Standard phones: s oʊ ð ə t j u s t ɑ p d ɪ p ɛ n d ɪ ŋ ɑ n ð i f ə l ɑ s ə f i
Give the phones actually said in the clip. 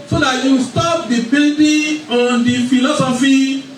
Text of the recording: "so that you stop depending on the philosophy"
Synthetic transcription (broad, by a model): s oʊ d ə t j u s t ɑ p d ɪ b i l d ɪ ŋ ɑ n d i f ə l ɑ s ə f i